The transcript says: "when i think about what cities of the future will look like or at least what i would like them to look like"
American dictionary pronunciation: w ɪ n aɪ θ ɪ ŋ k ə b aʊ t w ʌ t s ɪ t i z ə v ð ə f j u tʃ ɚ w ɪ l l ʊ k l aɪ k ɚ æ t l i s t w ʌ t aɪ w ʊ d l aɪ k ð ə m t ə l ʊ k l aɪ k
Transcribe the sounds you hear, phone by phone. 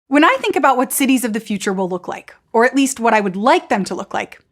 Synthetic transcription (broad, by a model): w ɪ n aɪ θ ɪ ŋ k ə b aʊ t w ʌ t s ɪ t i z ə v ð ə f j u tʃ ɚ w ɪ l l ʊ k l aɪ k ɚ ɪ t l i s t w ʌ t aɪ w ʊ d l aɪ k ð ə m t ə l ʊ k l aɪ k